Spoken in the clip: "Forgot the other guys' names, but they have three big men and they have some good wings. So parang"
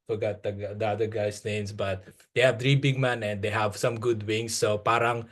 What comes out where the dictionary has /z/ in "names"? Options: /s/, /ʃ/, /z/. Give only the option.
/s/